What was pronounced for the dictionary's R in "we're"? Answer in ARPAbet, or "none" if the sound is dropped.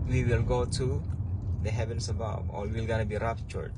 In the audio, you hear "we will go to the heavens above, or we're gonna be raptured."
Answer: L